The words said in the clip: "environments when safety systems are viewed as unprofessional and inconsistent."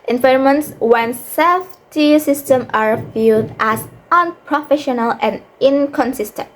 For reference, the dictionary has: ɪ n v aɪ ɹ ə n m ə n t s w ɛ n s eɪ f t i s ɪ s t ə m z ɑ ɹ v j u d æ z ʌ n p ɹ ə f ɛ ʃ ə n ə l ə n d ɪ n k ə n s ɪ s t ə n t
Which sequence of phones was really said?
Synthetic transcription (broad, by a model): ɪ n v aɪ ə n m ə n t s w ɛ n s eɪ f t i s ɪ s t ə m ɑ ɹ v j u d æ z ʌ n p ɹ ə f ɛ ʃ ə n ə l ə n d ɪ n k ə n s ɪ s t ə n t